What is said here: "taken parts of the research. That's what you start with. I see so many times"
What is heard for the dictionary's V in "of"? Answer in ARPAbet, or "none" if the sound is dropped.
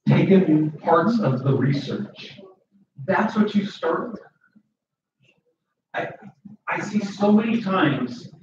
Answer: V